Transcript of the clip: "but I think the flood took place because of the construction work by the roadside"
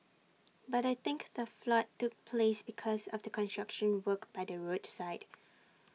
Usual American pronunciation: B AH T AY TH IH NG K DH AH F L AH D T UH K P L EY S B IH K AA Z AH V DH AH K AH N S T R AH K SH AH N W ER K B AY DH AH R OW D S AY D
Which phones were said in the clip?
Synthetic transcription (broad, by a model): B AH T AY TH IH NG K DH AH F L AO T UH K P L EY S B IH K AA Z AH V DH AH K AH N S T R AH K SH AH N W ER K B AY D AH R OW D S AY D